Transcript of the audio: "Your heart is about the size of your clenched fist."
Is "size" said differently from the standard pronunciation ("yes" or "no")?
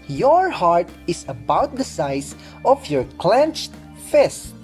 yes